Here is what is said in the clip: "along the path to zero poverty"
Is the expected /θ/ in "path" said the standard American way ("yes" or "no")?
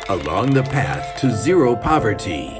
yes